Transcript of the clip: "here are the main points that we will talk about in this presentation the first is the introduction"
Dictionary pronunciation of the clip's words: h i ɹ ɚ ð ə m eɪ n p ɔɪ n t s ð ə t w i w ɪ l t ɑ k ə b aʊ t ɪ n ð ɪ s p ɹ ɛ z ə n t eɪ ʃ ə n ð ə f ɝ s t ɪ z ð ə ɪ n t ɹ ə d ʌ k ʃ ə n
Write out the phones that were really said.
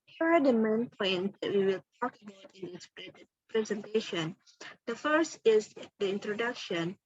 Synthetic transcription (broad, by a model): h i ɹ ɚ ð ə m eɪ n p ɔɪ n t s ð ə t w i w ɪ l t ɑ k ə b aʊ t ɪ n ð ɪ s p ɹ ɛ z ə n t eɪ ʃ ə n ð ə f ɝ s t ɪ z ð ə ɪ n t ɹ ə d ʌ k ʃ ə n